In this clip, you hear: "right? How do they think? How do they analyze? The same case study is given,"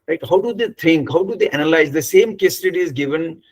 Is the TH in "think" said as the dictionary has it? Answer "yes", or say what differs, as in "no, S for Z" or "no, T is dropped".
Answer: no, T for TH